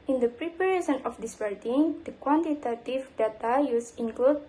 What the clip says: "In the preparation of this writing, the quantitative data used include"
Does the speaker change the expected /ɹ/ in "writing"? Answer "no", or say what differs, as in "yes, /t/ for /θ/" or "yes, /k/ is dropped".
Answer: yes, /w/ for /ɹ/